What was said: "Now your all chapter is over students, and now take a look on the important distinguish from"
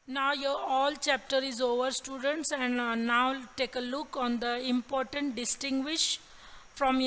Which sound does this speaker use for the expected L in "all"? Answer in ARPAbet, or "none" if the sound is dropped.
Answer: L